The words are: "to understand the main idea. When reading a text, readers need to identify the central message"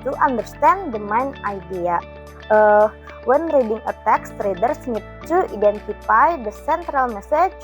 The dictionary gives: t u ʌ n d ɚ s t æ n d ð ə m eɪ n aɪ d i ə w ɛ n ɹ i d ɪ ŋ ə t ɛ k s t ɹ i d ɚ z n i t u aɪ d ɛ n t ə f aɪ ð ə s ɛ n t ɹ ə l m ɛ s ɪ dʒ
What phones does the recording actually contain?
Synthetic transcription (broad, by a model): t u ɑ n d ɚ s t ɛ n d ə m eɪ n aɪ d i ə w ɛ n ɹ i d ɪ ŋ ə t ɛ k s t ɹ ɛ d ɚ s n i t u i d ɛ n t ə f aɪ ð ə s ɛ n t ɹ ə l m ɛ s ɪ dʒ